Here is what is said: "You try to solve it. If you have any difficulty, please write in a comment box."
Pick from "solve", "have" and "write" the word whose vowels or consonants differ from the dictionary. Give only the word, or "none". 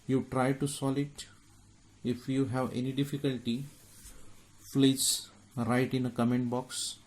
solve